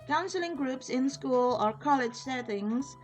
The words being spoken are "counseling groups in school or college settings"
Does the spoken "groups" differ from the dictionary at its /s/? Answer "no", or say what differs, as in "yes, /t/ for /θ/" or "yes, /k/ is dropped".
no